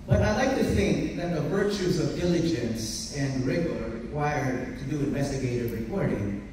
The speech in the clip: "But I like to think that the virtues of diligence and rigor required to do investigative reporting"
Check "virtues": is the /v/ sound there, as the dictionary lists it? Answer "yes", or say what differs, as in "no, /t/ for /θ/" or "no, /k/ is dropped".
yes